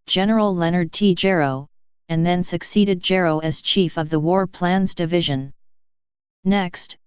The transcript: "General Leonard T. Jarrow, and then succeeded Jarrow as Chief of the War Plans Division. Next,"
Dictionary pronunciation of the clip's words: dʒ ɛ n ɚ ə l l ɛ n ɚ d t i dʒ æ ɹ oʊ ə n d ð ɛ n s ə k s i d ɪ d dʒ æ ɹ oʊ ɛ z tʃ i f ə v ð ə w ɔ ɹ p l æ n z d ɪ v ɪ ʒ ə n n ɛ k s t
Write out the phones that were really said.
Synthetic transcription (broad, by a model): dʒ ɛ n ɚ l l ɛ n ɚ d t i dʒ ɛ ɹ oʊ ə n ð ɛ n s ə k s i d ɪ d dʒ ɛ ɹ oʊ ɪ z tʃ i f ə v ð ə w ɔ ɹ p l æ n z d ɪ v ɪ ʒ ə n n ɛ k s t